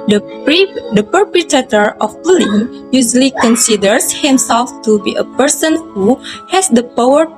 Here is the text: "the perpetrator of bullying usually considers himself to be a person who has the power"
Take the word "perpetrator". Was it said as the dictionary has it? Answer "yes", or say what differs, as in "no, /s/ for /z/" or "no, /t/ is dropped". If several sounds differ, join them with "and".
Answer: no, /ɹ/ is dropped